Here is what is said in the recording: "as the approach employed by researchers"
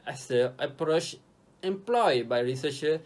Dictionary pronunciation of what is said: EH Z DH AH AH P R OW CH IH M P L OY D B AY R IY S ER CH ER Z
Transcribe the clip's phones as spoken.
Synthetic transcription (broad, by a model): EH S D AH AH P R OW CH IH M P L OY D B AY R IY S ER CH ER